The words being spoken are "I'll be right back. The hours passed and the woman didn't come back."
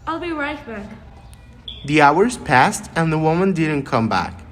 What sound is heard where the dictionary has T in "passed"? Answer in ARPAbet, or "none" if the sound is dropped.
T